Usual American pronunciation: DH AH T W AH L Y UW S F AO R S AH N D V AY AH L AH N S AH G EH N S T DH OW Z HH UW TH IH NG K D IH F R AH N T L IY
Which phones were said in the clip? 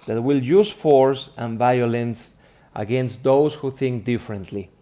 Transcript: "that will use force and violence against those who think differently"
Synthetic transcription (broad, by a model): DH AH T W AH L Y UW S F AO R S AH N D V AY AH L AH N S AH G EH N S T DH OW S HH UW TH IH NG K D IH F R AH N T L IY